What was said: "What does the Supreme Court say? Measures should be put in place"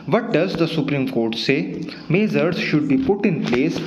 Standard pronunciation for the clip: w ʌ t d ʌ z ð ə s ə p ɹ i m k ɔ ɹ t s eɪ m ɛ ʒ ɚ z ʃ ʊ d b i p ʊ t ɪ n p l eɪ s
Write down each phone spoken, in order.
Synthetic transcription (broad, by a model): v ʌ t d ʌ z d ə s ə p ɹ i m k ɔ ɹ t s eɪ m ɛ z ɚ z ʃ ʊ d b i p ʊ t ɪ n p l eɪ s